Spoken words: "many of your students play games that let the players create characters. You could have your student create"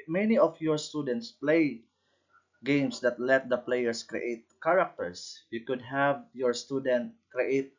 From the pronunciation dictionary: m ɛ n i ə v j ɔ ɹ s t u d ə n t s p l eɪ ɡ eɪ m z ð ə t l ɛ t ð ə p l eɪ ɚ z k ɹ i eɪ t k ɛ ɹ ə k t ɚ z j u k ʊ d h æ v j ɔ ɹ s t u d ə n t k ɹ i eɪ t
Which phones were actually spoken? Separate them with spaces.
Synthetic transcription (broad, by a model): m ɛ n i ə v j ɔ ɹ s t u d ə n t s p l eɪ ɡ eɪ m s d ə t l ɛ t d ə p l eɪ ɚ s k ɹ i eɪ t k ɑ ɹ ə k t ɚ s j u k ʊ d h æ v j ɔ ɹ s t u d ə n t k ɹ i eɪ t